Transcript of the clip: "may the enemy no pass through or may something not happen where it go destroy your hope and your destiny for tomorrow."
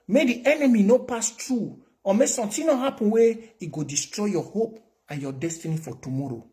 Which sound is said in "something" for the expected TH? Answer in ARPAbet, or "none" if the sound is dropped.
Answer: T